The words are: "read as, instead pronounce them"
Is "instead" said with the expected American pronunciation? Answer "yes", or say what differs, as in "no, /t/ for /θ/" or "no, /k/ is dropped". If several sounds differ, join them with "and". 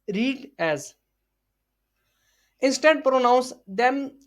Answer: yes